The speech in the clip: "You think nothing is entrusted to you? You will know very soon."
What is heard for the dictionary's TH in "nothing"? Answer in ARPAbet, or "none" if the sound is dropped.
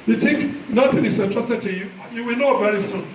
T